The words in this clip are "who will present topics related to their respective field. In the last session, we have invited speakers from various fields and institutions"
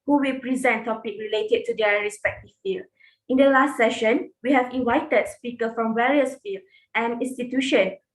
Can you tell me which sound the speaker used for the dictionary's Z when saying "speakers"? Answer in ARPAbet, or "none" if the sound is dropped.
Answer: none